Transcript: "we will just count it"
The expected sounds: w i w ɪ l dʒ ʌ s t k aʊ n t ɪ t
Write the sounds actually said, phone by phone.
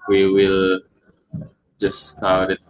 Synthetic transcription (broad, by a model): w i w ɪ l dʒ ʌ s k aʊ t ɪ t